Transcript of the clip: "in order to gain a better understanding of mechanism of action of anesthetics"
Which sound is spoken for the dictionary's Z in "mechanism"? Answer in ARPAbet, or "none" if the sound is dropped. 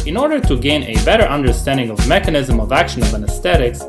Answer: Z